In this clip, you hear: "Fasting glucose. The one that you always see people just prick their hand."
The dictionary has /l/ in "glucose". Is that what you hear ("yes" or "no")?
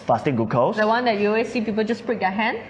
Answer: no